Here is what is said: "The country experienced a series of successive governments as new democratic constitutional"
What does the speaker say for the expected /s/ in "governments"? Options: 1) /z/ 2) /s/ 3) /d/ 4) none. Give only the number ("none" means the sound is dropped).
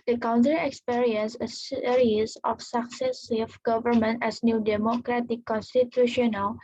4